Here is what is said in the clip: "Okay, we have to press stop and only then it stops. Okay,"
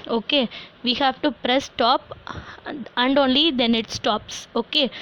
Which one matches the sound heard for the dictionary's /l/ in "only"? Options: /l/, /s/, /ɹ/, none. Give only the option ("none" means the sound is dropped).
/l/